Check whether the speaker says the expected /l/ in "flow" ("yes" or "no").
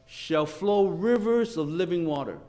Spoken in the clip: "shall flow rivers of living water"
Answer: yes